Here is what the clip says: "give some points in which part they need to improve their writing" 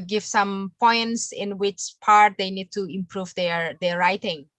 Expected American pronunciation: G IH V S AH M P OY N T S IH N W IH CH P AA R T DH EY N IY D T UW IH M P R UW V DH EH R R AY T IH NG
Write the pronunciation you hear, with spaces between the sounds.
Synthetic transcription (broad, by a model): G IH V S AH M P OY N T S IH N W IH CH P AA R T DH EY N IY D T UW IH M P R UW V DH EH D R AY T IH NG